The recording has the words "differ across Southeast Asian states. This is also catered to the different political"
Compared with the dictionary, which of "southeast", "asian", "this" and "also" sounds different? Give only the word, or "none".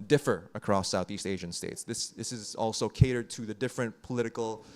none